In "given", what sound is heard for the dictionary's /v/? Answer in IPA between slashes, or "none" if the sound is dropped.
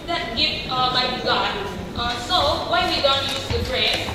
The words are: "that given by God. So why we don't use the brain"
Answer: /f/